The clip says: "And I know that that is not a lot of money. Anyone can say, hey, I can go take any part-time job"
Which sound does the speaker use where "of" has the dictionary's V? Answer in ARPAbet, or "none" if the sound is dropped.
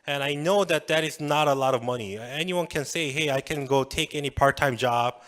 V